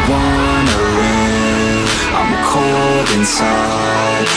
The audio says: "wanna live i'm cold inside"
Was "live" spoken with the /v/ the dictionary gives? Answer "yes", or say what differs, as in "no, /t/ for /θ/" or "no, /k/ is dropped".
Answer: no, /v/ is dropped